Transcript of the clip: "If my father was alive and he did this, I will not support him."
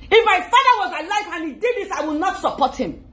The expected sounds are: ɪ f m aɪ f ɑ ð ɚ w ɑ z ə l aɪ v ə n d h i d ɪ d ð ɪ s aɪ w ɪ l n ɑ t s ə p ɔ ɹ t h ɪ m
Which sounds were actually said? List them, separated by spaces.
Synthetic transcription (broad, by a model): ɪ f m aɪ f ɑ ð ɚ w ɑ z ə l aɪ f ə n h i d ɪ d ð ɪ s aɪ w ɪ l n ɑ t s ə p ɔ t h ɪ m